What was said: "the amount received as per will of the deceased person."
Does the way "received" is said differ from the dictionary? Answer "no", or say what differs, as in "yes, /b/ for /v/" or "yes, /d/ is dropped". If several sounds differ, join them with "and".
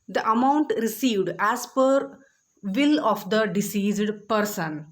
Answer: no